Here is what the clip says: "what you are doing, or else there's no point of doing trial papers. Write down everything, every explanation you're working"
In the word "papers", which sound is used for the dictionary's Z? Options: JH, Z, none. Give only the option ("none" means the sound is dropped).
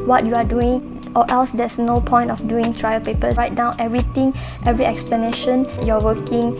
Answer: none